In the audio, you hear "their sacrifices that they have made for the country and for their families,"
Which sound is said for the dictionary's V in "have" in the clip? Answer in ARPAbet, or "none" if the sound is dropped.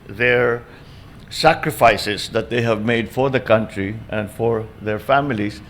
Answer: V